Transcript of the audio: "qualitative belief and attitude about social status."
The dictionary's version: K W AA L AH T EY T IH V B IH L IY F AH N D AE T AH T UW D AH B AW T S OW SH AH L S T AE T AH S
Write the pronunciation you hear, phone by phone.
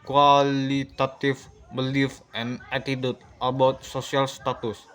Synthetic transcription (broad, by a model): K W AA L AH T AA T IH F B IH L IY F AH N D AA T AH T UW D AH B AW T S OW S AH L S T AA T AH S